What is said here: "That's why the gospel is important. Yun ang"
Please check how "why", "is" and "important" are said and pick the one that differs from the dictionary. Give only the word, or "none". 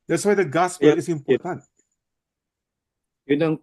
is